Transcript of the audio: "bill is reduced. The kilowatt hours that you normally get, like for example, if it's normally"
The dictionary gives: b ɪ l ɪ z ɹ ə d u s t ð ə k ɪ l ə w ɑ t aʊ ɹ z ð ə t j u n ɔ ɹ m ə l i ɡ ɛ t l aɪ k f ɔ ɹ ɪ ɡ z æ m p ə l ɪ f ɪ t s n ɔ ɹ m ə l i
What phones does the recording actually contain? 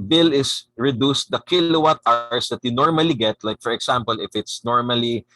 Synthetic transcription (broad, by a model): b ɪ l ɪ s ɹ ə d u s t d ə k ɪ l ə w ɑ t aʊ ɹ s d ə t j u n ɔ ɹ m ə l i ɡ ɛ t l aɪ k f ɔ ɹ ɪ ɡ s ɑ m p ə l ɪ f ɪ t s n ɔ ɹ m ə l i